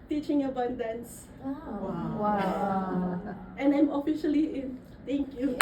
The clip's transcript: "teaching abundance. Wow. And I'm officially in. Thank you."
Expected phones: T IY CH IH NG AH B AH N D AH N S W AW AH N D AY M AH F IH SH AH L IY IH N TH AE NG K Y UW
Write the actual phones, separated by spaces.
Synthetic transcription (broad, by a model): T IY CH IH NG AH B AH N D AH N S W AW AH N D AY M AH F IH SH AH L IY IH N T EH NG K Y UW